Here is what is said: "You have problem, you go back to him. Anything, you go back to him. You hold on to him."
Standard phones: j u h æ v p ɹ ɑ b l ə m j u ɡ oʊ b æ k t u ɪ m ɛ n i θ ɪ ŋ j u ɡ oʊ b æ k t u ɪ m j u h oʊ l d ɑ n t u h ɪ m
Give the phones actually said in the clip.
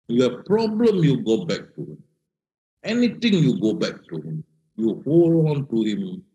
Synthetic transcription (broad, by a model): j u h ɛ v p ɹ ɑ b l ə m j u ɡ oʊ b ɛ k t u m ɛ n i t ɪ ŋ j u ɡ oʊ b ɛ k t u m j u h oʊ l ɑ n t u h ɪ m